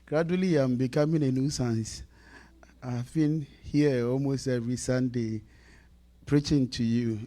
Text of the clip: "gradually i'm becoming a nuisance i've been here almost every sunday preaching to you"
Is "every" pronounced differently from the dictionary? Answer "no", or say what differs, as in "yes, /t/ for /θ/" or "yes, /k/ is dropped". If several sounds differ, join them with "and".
yes, /v/ is dropped